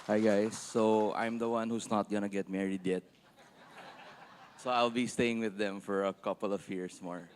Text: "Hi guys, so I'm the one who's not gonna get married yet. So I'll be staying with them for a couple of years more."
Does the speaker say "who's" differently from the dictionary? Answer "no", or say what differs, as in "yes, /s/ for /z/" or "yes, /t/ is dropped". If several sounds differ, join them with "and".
yes, /s/ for /z/